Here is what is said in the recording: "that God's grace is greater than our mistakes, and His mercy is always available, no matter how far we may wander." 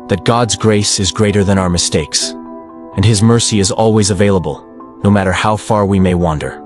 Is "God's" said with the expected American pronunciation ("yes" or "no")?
yes